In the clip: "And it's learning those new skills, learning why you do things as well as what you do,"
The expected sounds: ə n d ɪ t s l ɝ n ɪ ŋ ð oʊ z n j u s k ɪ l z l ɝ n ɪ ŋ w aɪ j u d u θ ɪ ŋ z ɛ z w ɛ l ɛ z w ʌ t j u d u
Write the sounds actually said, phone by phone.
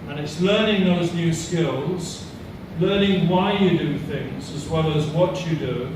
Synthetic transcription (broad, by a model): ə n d ɪ t s l ɝ n ɪ ŋ ð oʊ z n j u s k ɪ l z l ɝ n ɪ ŋ w aɪ j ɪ d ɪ θ ɪ ŋ z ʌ z w ɛ l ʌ z w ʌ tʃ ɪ d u